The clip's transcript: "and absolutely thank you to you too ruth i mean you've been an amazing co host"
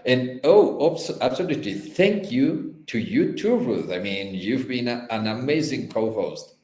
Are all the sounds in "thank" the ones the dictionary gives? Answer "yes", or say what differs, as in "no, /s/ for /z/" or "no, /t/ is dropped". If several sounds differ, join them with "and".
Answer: yes